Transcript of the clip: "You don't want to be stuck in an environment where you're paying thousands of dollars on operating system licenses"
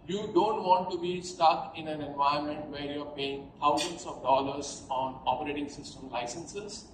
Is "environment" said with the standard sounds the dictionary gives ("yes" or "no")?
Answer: no